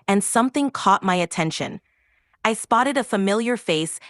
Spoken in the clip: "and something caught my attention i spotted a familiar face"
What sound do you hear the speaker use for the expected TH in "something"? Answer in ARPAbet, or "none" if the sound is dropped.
TH